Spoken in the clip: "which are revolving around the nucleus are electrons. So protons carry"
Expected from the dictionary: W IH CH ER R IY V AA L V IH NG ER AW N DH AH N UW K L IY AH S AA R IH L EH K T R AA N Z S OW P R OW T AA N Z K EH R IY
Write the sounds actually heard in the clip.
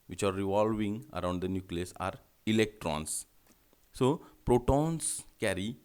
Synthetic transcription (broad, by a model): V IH CH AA R IY V AA L V IH NG ER AW N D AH N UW K L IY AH S AA R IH L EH K T R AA N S S OW P R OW T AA N S K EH R IY